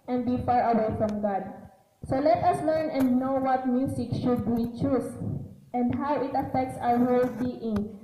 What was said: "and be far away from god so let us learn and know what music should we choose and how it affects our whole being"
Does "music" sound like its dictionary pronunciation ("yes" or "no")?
no